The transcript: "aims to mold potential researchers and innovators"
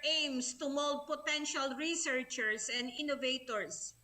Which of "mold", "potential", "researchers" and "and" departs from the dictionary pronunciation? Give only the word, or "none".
researchers